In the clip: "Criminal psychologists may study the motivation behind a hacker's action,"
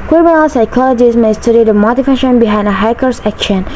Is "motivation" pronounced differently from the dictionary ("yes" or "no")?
yes